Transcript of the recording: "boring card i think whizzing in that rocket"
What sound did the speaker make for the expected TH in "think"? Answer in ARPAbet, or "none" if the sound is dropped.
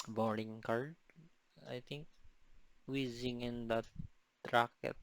T